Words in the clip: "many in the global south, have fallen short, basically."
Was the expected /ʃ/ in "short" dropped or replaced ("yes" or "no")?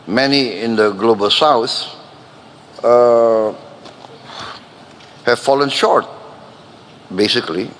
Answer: no